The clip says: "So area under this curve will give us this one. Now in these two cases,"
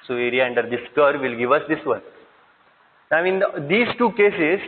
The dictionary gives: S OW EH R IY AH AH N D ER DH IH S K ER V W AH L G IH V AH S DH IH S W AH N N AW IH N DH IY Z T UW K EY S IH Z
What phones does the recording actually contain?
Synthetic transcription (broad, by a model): S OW EH R IY AH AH N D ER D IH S K ER V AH L G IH V AH S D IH S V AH N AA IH IH N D IY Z T UW K EY S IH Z